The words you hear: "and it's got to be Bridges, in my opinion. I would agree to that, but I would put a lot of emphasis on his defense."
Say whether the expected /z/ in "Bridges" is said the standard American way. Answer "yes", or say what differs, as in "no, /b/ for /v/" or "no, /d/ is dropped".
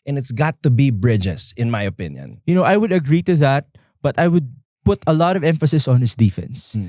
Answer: no, /s/ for /z/